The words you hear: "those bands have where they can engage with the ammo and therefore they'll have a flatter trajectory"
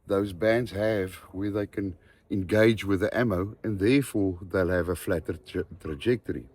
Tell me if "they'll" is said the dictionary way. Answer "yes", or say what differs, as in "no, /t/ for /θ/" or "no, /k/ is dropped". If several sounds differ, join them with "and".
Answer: yes